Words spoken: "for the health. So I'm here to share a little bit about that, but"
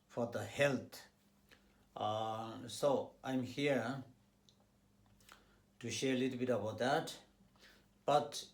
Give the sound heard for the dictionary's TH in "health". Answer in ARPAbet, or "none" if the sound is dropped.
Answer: T